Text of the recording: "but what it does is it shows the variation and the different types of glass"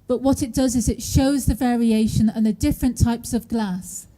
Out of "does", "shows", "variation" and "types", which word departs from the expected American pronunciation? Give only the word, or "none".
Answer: none